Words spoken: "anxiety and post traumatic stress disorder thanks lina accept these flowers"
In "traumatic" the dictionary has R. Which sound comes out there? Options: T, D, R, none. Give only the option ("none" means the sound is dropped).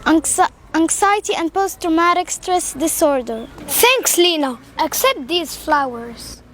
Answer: R